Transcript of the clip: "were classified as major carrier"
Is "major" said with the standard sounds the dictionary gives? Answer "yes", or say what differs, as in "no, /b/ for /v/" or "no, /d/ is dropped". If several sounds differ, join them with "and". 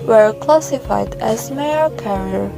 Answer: no, /dʒ/ is dropped